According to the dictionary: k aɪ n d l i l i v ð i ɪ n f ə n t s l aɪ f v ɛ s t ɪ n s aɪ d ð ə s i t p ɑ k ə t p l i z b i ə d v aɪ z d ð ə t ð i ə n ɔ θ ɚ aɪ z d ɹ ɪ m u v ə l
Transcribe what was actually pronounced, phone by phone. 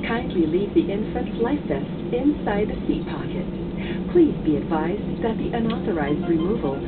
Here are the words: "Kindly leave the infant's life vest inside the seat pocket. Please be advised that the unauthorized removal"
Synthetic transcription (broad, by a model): k aɪ n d l i l i v ð i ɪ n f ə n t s l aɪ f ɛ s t ɪ n s aɪ d ð ə s i t p ɑ k ə t p l i z b i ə d v aɪ z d ð ə t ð i ə n ɔ θ ɚ aɪ z d ɹ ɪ m u v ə l